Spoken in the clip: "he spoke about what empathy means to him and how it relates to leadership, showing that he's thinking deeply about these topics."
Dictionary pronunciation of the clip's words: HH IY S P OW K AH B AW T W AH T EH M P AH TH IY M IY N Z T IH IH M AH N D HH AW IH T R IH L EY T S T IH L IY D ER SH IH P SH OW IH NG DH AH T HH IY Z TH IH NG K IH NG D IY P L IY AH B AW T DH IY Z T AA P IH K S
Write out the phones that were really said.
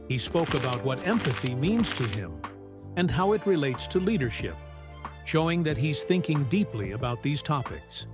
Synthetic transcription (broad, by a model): HH IY S P OW K AH B AW T W AH T EH M P AH TH IY M IY N Z T IH IH M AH N HH AW IH T R IH L EY T S T IH L IY D ER SH IH P SH OW IH NG DH AH T HH IY Z TH IH NG K IH NG D IY P L IY AH B AW T DH IY Z T AA P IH K S